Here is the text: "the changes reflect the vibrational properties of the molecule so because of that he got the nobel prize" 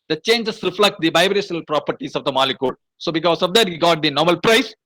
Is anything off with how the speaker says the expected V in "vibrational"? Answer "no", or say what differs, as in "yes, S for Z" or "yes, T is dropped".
yes, B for V